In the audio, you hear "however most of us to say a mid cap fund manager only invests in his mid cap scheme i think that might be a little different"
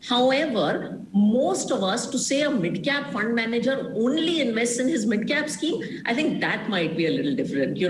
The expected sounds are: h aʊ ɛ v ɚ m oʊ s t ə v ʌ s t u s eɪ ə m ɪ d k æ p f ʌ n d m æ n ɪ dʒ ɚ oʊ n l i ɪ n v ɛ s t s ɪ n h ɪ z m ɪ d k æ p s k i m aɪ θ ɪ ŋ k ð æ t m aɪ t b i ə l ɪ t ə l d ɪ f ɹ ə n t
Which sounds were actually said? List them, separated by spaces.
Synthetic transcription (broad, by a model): h aʊ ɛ v ɚ m oʊ s t ə v ʌ s t u s eɪ ə m ɪ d k æ p f ʌ n d m æ n ɪ dʒ ɚ oʊ n l i ɪ n v ɛ s t s ɪ n h ɪ z m ɪ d k æ p s k i m aɪ t ɪ ŋ k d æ t m aɪ t b i ə l ɪ t l d ɪ f ɹ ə n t